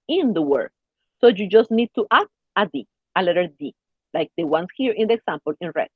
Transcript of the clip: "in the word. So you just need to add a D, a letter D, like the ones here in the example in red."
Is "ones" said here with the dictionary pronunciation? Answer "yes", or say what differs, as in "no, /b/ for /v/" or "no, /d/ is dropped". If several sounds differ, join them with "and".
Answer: no, /s/ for /z/